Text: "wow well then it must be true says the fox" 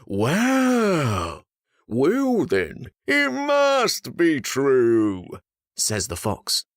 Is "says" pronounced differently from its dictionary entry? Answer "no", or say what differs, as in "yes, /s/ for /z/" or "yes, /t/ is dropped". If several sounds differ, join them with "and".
no